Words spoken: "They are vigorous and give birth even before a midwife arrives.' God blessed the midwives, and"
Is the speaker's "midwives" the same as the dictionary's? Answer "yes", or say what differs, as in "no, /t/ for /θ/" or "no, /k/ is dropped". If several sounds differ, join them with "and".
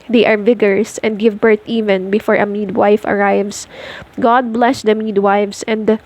no, /s/ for /z/